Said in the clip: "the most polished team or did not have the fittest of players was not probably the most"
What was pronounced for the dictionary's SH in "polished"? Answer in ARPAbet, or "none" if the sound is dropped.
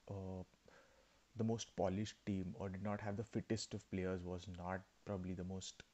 SH